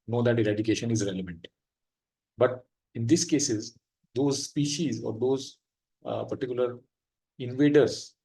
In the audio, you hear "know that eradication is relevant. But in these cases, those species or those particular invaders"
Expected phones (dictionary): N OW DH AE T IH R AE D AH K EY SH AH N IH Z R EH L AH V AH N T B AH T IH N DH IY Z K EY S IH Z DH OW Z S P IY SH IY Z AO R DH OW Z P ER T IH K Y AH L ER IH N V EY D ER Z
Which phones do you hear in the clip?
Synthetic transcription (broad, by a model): N OW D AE T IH R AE D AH K EY SH AH N IH Z R EH L AH V AH N T B AH T IH N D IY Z K EY S IH Z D OW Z S P IY SH IY Z AO R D OW Z P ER T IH K Y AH L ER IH N V EY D ER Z